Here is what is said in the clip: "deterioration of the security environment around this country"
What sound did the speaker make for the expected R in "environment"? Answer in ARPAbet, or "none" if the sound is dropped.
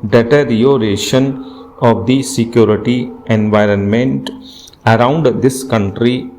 R